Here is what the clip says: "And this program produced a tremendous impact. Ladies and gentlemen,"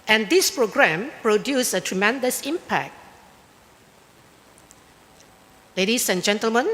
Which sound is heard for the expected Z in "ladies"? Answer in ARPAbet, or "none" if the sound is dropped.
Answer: S